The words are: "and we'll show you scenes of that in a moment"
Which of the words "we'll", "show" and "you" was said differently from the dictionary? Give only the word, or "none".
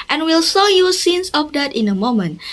show